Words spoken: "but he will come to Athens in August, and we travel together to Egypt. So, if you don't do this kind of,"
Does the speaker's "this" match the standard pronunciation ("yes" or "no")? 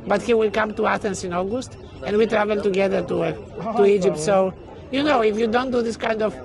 yes